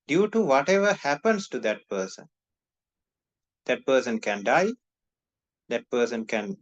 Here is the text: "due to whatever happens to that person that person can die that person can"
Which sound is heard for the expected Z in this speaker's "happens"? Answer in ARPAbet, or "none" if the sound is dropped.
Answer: S